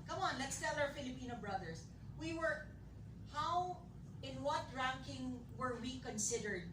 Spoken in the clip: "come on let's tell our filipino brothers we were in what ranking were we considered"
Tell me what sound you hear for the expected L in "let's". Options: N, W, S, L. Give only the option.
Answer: L